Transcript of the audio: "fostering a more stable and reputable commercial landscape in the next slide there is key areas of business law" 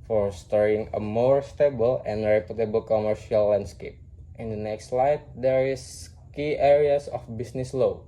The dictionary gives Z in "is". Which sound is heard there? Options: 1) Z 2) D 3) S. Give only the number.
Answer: 3